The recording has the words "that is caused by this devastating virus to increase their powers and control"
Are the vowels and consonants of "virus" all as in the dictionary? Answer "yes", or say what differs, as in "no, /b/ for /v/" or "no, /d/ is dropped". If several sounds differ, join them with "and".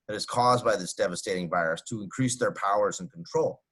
yes